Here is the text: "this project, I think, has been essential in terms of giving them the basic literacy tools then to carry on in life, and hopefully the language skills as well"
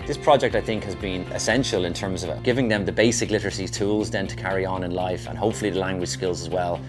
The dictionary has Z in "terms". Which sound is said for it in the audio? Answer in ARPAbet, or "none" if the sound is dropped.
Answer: Z